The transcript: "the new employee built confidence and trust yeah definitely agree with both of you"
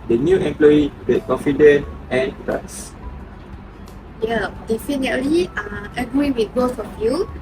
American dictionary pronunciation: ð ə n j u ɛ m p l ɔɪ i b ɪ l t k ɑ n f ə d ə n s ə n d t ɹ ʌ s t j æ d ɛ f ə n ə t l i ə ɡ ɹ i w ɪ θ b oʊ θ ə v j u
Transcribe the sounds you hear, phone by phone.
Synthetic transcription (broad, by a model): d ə n j u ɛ m p l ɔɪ i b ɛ t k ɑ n f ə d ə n ə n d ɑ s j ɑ d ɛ f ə n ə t l i ə ɡ ɹ i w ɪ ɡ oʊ f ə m j u